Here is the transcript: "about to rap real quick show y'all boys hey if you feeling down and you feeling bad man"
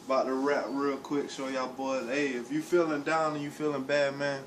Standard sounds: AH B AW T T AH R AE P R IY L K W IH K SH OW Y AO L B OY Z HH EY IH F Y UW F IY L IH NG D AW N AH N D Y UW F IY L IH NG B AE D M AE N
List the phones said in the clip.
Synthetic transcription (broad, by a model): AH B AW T T AH R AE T R IY L K W IH K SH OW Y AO B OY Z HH EY IH F Y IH F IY L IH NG D AW N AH N Y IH F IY L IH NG B AE D M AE N